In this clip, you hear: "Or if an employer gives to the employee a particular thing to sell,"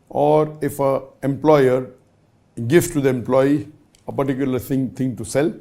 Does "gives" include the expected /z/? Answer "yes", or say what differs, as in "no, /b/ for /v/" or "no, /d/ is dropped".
no, /z/ is dropped